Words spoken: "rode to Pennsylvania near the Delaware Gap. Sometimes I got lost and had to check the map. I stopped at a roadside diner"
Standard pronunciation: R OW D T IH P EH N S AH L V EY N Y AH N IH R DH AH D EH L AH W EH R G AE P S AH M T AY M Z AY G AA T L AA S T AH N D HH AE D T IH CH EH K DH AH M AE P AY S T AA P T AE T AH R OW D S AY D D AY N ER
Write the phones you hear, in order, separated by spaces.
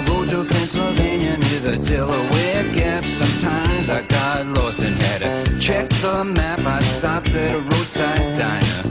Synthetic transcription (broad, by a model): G OW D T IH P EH N S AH L V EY N Y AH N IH DH AH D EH L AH W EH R G AE P S AH M T AY M Z AY G AA T L AA S T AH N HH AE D T IH CH EH K DH AH M AE P AY S T AA P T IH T R OW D S AY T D AY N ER